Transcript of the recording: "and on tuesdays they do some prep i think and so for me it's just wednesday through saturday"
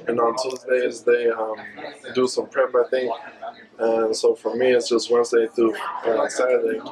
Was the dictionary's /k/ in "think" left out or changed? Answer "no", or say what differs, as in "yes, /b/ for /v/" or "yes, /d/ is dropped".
yes, /k/ is dropped